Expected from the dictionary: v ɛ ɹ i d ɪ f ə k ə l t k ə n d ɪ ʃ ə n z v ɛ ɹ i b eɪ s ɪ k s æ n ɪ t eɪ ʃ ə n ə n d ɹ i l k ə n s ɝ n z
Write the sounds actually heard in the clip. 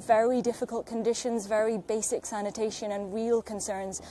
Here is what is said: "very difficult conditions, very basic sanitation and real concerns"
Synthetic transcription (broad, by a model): v ɛ ɹ i d ɪ f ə k ə l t k ə n d ɪ ʃ ə n z v ɛ ɹ i b eɪ s ɪ k s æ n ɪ t eɪ ʃ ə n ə n ɹ i l k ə n s ɝ n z